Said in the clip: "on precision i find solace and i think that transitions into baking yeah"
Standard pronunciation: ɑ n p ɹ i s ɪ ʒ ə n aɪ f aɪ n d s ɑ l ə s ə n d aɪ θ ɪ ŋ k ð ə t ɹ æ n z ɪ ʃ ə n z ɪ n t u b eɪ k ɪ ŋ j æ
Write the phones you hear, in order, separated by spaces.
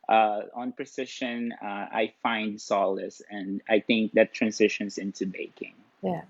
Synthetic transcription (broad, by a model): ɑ n p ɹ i s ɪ ʃ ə n aɪ f aɪ n d s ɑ l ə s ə n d aɪ θ ɪ ŋ k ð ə t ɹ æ n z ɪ ʃ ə n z ɪ n t u b eɪ k ɪ ŋ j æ